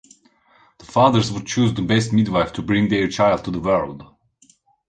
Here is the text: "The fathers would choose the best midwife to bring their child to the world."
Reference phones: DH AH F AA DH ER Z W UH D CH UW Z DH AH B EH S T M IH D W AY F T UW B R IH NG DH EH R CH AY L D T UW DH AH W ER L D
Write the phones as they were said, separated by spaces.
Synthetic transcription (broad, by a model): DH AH F AA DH ER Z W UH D CH UW Z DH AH B EH S T M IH D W AY F T UW B R IH NG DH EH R CH AY L D T UW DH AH W ER L D